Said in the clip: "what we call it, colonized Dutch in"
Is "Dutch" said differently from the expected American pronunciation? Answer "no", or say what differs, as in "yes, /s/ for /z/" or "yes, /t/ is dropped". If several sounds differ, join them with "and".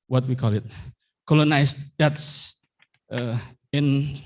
yes, /tʃ/ is dropped